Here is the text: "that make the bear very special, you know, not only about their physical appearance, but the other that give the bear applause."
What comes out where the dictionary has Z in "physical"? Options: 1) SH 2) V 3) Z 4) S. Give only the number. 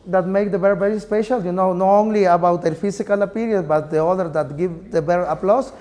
4